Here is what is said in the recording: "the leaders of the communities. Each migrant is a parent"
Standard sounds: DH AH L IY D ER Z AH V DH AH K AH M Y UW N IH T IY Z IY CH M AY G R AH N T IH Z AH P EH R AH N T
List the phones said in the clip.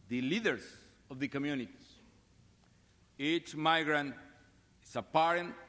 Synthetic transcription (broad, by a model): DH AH L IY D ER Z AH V DH AH K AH M Y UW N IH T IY IY CH M AY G R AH N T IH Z AH P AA R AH N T